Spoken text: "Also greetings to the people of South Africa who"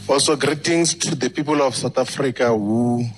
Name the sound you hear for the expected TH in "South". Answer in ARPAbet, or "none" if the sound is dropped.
T